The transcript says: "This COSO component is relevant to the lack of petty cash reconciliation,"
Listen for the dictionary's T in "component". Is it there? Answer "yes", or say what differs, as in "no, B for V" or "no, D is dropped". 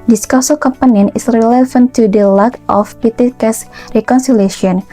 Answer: no, T is dropped